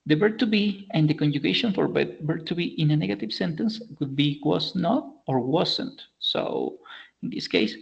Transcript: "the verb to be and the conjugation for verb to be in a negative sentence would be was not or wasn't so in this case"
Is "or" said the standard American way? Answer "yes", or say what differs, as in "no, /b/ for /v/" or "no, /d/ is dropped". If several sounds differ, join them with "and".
yes